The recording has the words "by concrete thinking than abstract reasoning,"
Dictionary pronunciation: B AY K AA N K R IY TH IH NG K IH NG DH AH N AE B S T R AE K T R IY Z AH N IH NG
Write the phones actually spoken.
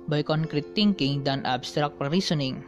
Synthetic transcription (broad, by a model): B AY K AA N K R IY T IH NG K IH NG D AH N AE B S T R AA K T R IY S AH N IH NG